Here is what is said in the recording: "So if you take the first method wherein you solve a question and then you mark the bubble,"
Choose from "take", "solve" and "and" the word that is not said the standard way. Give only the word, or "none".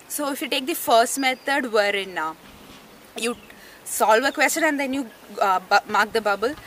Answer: none